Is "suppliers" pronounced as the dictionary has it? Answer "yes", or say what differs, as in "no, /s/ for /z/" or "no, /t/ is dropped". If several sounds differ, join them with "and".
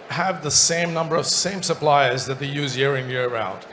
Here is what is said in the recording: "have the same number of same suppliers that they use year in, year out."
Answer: yes